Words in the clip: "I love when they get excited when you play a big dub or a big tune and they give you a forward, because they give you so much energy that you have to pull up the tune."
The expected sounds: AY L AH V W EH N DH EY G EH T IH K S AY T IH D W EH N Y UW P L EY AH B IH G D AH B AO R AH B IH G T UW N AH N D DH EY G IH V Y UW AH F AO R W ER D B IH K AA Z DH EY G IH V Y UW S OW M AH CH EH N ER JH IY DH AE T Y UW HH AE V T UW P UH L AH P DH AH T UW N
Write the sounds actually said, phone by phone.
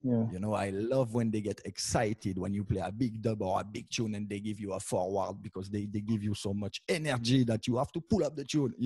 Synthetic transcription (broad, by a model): AY L AH V W EH N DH EY G EH T IH K S AY T IH D W EH N Y UW P L EY AH B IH G D AH B AO R AH B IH G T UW N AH N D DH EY G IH V Y UW AH F AO R W ER D B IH K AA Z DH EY G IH V Y UW S OW M AH CH EH N ER JH IY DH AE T Y UW HH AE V T UW P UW L AH P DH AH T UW N